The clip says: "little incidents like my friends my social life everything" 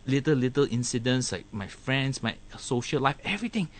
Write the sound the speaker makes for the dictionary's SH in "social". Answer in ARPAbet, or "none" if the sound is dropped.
SH